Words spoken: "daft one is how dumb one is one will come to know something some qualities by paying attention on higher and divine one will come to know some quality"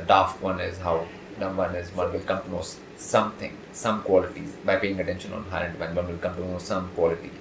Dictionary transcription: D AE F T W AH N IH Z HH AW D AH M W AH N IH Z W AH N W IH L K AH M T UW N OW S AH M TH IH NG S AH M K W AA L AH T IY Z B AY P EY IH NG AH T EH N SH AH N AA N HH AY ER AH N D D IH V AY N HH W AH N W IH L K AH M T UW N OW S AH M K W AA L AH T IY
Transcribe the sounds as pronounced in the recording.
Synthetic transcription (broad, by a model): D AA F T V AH N IH Z HH AW D AH M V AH N IH Z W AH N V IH L K AH M T UW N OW S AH M T IH NG S AH M K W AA L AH T IY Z B AY P EY IH NG AH T EH N SH AH N AA N HH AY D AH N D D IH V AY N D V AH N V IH L K AH M T UW N OW S AH M K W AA L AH T IY